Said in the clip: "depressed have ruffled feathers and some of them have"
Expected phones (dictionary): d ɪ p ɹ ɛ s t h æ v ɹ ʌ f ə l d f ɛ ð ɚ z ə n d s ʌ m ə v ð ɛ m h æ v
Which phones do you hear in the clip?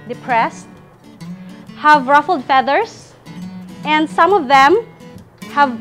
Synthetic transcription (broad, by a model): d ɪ p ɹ ɛ s t h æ v ɹ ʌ f l d f ɛ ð ɚ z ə n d s ʌ m ə v ð ɛ m h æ v